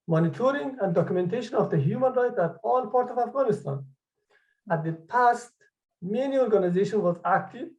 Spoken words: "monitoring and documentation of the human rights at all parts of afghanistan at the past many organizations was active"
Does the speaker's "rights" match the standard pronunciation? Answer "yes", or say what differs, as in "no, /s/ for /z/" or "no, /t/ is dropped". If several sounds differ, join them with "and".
no, /s/ is dropped